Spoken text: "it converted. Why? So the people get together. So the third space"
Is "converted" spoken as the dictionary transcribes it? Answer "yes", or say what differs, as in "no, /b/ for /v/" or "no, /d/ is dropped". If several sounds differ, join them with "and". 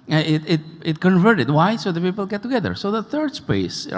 yes